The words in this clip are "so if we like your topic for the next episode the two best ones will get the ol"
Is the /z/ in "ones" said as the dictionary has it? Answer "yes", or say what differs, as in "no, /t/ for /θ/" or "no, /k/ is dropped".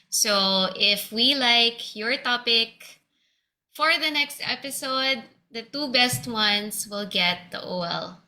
no, /s/ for /z/